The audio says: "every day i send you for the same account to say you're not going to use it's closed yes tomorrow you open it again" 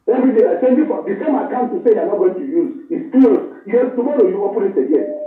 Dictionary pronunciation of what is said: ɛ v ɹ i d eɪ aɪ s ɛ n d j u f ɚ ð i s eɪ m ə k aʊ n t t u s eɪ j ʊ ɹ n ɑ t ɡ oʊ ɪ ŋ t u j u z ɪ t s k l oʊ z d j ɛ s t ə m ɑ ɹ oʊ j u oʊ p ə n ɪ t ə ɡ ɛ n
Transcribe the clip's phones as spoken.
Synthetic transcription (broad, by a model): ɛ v ɹ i d eɪ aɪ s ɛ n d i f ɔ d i s eɪ m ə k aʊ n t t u s eɪ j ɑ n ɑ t ɡ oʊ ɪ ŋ t u j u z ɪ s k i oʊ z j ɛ t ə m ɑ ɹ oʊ j u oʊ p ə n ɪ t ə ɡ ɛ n